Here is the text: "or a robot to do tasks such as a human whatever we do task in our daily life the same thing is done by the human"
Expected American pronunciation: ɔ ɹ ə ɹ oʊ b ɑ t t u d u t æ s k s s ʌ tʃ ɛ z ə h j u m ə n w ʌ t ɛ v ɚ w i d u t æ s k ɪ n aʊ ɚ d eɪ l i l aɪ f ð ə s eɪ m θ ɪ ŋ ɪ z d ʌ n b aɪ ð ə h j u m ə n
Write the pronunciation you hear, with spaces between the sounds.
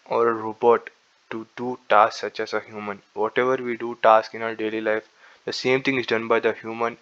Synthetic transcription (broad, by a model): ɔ ɹ ə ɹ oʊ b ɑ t t u d u t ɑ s s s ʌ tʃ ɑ s ə h j u m ə n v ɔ t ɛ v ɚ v i d u t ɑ s k ɪ n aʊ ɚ d eɪ l i l aɪ f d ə s eɪ m t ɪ ŋ ɪ z d ʌ n b aɪ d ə h j u m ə n